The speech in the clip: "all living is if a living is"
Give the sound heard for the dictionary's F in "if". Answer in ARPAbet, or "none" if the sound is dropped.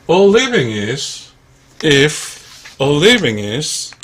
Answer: F